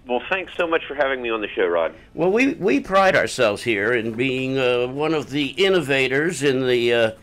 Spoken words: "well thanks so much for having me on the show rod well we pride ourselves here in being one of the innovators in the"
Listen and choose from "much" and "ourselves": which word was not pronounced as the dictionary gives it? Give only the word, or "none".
none